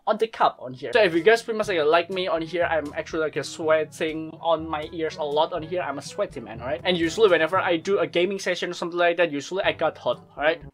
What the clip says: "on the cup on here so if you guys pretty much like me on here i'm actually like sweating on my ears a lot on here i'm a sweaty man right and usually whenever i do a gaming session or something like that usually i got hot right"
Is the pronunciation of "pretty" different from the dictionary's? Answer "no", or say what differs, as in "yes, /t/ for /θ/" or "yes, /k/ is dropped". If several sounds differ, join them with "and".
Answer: yes, /s/ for /t/